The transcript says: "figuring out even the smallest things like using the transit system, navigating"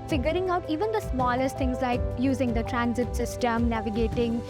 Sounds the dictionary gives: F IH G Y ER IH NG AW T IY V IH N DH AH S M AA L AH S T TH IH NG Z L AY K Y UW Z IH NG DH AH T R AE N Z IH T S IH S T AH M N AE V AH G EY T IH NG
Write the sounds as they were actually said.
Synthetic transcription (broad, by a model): F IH G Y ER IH NG AW T IY V IH N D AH S M AA L AH S T T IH NG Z L AY K Y UW Z IH NG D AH T R AE N Z IH T S IH S T AH M N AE V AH G EY T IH NG